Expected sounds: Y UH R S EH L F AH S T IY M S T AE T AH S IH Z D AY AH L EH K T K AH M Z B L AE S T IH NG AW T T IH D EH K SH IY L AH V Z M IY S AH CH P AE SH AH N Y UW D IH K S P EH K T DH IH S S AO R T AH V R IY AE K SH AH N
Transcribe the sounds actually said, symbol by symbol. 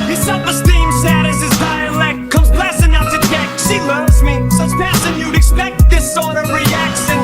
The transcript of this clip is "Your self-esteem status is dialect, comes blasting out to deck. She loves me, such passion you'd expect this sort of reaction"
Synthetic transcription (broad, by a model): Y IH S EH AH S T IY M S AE T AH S IH Z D AY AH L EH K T K AH M Z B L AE S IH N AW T T IH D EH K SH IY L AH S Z M IY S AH S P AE S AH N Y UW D IH K S P EH K T DH IH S S AO R T AH V R IY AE K SH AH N